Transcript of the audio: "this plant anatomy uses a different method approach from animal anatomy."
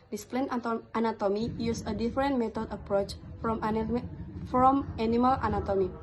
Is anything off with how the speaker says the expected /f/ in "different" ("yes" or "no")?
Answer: yes